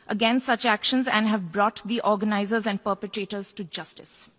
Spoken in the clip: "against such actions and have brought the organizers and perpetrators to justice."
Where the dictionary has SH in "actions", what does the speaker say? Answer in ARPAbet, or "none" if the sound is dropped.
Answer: SH